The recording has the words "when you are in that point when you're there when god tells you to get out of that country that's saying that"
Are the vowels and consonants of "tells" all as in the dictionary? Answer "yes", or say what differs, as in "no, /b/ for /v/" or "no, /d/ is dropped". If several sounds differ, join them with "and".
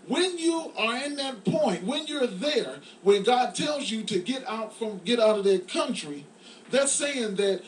yes